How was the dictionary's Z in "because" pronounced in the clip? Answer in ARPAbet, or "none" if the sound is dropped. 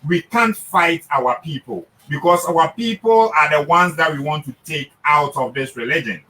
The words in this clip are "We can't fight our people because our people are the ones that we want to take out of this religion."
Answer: S